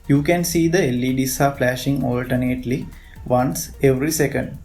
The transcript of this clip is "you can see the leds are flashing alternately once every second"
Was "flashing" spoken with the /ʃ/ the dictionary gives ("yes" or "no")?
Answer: yes